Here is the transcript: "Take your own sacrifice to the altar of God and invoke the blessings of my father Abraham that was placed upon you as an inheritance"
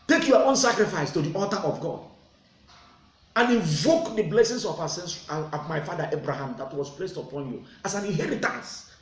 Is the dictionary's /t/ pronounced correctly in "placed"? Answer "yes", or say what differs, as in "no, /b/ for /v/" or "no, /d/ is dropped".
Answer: yes